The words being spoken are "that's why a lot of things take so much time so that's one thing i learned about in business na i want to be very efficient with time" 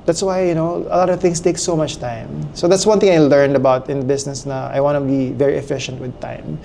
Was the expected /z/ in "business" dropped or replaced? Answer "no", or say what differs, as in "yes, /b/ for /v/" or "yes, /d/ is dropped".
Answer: yes, /s/ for /z/